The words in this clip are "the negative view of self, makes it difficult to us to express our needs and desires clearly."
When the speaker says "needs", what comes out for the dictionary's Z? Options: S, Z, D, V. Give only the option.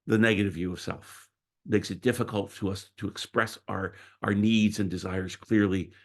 Z